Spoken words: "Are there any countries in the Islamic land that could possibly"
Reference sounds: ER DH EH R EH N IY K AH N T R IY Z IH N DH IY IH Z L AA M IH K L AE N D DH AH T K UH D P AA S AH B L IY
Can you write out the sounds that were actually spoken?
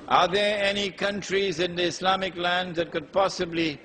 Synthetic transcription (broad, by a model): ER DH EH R EH N IY K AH N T R IY Z IH N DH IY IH S L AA M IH K L AE N D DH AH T K UH D P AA S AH B L IY